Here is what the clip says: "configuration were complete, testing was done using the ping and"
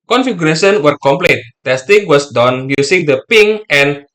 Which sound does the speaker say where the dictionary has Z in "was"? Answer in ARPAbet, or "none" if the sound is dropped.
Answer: S